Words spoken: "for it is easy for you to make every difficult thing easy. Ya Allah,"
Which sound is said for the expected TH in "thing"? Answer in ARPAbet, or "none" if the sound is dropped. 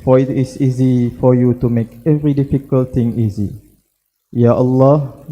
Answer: T